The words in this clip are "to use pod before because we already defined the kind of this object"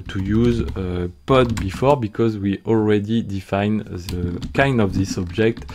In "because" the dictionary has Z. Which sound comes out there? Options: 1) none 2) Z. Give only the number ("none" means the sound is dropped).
2